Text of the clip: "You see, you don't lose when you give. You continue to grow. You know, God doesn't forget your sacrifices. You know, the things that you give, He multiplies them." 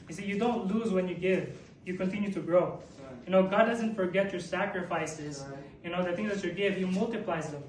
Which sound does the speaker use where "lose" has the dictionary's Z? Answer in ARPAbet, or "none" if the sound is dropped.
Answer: Z